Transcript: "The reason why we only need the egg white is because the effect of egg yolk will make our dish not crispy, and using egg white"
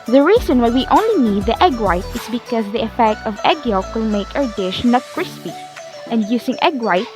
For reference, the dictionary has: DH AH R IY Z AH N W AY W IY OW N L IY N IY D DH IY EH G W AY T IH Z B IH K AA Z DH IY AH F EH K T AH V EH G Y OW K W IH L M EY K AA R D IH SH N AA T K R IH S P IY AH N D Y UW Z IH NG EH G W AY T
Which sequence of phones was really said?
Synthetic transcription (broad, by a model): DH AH R IY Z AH N W AY W IY OW N L IY N IY D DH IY EH G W AY T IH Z B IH K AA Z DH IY AH F EH K T AH V EH G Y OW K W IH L M EY K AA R D IH SH N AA T K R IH S P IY AH N D Y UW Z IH NG EH G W AY T